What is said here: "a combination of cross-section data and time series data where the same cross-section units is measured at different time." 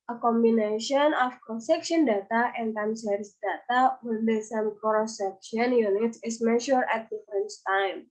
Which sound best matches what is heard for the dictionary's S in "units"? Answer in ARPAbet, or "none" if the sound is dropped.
S